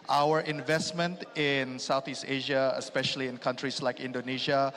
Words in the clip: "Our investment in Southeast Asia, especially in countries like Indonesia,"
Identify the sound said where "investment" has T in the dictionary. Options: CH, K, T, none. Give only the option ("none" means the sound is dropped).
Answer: T